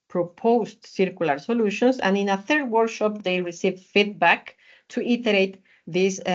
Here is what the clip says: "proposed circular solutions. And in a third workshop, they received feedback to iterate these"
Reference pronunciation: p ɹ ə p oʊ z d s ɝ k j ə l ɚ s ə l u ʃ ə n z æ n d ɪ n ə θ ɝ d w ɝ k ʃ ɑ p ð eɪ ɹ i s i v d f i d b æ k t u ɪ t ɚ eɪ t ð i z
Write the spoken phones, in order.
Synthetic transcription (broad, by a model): p ɹ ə p oʊ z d s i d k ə l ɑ s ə l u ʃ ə n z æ n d ɪ n ə θ ɝ d w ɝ k ʃ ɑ p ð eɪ ɹ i s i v f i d b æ k t u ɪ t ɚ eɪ t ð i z